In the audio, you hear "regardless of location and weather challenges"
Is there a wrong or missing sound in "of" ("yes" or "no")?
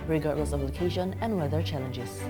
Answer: yes